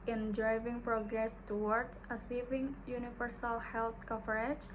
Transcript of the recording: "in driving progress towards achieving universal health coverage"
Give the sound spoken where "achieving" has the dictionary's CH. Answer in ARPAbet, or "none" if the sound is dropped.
S